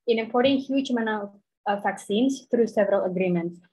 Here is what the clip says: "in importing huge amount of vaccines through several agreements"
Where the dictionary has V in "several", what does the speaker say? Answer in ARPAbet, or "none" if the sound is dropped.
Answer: V